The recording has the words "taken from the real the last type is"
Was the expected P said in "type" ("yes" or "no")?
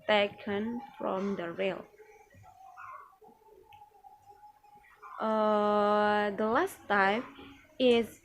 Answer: no